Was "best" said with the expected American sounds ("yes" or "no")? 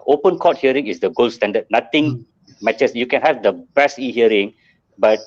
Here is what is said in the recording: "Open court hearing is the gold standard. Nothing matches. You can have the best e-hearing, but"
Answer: no